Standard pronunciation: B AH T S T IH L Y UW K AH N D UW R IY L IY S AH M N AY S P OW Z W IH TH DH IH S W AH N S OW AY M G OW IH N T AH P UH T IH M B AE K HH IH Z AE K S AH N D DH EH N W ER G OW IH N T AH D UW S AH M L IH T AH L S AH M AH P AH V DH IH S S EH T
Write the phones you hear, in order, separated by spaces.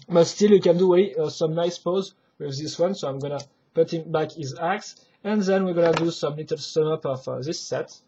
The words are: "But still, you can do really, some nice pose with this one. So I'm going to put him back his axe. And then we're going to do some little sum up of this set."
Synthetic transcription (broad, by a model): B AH T S T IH L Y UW K AH N D UW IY S AH M N AY S P OW Z W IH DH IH S W AH N S OW AY M G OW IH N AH P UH T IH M B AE K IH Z AE K S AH N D DH EH N W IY G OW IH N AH D UW S AH M L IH T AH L S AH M AH P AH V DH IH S S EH T